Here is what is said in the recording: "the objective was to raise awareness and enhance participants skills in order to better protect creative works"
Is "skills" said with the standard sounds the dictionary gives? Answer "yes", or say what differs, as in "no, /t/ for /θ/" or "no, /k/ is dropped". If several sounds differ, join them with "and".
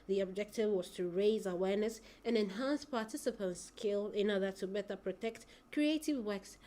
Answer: no, /z/ is dropped